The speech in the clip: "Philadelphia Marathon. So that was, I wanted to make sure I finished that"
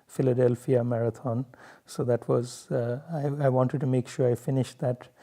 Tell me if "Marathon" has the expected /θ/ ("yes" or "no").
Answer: no